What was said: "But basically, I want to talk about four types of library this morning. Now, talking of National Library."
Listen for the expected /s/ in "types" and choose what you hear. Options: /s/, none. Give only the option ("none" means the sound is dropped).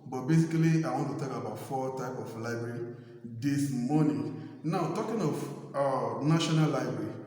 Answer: none